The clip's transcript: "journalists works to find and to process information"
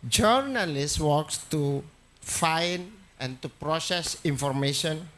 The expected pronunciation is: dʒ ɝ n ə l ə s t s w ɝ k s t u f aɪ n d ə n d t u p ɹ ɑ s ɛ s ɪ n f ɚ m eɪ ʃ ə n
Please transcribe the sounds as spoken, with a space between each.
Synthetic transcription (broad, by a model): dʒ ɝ n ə l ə s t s w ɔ k s t u f aɪ n ə n t u p ɹ ɑ s ɛ s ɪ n f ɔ m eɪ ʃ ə n